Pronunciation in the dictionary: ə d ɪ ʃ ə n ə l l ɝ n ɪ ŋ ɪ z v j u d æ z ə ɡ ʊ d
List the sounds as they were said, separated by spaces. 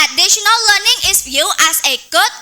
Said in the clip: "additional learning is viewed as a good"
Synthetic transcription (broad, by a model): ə d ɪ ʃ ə n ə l l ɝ n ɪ ŋ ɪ s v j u æ s ə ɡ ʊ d